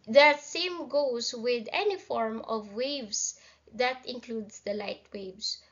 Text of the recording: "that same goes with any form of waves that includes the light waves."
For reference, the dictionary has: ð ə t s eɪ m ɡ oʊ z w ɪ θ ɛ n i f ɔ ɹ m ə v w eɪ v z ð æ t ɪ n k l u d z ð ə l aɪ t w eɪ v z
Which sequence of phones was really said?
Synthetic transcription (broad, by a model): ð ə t s eɪ m ɡ oʊ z w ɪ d ɛ n i f ɔ ɹ m ə v w eɪ v s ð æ t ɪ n k l u d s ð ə l aɪ t w eɪ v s